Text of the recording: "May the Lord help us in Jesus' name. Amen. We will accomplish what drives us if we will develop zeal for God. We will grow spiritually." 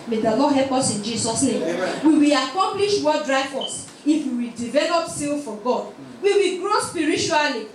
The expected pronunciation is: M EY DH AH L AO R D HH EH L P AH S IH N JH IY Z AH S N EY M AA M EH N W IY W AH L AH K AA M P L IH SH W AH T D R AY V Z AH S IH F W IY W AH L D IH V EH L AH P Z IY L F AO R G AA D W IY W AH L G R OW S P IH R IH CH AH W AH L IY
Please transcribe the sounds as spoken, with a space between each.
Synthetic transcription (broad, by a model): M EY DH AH L AO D HH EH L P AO S IH N JH IY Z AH S N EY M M W IY W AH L AH K AA M P L IH SH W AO D R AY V AO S IH F W IY W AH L D IH V EH L AH P S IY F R AO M G AA D W IY W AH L G R OW S P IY R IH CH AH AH L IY